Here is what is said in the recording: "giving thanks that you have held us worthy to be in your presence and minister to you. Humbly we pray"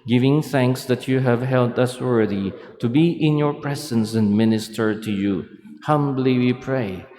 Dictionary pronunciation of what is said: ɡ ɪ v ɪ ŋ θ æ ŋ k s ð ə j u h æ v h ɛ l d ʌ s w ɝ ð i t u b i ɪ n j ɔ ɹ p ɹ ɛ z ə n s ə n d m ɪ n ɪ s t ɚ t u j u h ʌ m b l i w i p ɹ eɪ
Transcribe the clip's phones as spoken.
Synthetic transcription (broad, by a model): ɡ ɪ v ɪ ŋ θ æ ŋ k s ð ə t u h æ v h ɛ l d ʌ s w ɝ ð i t u b i ɪ n j ɔ ɹ p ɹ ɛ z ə n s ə n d m ɪ n ɪ s t ɚ t u j u h ʌ m b l i w i p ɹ eɪ